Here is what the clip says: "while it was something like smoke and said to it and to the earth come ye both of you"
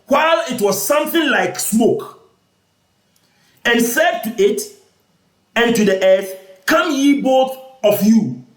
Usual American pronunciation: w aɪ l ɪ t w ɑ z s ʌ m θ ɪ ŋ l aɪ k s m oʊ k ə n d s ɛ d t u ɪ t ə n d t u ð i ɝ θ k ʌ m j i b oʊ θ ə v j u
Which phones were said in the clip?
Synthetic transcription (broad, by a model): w aɪ l ɪ t w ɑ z s ʌ m θ ɪ ŋ l aɪ k s m oʊ k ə n s ɛ d t u ɪ t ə n t u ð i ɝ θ k ʌ m j i b oʊ θ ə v j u